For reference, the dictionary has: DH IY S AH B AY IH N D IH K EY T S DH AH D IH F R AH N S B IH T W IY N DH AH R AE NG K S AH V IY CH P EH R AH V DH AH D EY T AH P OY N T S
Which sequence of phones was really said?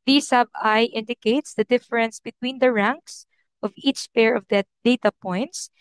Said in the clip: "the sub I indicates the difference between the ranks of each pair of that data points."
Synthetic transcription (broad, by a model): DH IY S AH B AY IH N D IH K EY T S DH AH D IH F R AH N S B IH T W IY N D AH R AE NG K S AH V IY CH P EH R AH V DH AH D EY T AH P OY N T S